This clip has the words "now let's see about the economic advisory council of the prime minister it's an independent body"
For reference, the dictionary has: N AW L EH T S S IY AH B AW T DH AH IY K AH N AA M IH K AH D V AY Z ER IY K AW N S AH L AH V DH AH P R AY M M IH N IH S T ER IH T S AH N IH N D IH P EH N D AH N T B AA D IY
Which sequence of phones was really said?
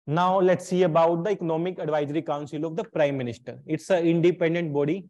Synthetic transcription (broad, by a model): N AW L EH T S S IY AH B AW T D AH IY K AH N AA M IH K AH D V AY Z ER IY K AW N S AH L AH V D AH P R AY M M IH N IH S T ER IH T S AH IH N D IH P EH N D AH N T B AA D IY